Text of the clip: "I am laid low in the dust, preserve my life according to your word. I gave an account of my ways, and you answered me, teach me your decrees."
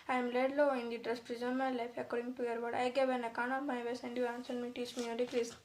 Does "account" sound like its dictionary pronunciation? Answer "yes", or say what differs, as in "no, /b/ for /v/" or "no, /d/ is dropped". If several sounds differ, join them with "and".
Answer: no, /t/ is dropped